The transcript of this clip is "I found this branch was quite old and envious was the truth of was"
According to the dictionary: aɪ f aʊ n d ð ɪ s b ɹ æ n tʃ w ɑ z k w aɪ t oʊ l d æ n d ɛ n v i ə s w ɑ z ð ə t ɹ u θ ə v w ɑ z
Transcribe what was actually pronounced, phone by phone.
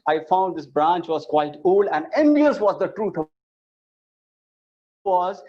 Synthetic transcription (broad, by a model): aɪ f aʊ n d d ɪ s b ɹ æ n tʃ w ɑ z k w aɪ t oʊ l æ n d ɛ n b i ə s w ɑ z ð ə t ɹ u t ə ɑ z